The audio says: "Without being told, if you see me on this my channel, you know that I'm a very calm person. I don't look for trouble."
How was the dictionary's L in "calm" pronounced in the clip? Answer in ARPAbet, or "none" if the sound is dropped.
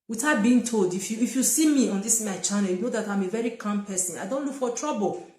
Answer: N